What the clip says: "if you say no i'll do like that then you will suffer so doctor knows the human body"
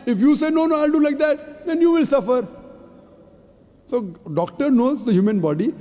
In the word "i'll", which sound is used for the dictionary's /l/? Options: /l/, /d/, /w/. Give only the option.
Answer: /l/